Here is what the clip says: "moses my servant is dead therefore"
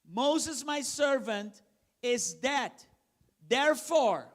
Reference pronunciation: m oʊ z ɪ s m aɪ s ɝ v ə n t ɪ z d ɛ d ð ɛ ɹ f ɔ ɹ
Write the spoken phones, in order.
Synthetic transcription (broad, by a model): m oʊ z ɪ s m aɪ s ɝ v ə n t ɪ z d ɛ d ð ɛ ɹ f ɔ ɹ